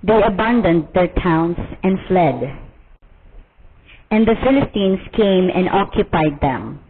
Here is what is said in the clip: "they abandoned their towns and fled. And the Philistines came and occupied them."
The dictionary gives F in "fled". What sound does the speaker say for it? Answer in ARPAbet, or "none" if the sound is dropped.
F